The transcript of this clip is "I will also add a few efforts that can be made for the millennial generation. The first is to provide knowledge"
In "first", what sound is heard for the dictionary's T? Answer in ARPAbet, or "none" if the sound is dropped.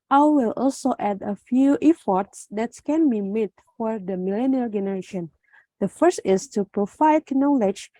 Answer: T